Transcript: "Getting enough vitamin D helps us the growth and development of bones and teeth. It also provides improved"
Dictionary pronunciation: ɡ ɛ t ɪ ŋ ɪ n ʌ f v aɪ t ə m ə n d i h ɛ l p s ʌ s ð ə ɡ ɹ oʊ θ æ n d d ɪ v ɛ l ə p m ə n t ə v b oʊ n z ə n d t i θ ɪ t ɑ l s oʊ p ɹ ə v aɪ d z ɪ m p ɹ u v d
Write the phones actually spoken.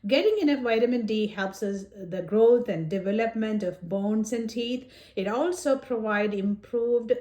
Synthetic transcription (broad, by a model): ɡ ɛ t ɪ ŋ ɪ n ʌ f v aɪ t ə m ə n d i h ɛ l p s ʌ s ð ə ɡ ɹ oʊ t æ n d d ɪ v ɛ l ə p m ə n t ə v b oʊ n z ə n d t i t ɪ t ɑ l s oʊ p ɹ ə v aɪ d ɪ m p ɹ u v d